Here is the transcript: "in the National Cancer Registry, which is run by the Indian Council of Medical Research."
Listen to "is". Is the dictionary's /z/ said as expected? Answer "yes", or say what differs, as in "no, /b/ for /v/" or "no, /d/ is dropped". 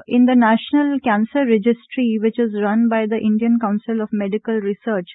yes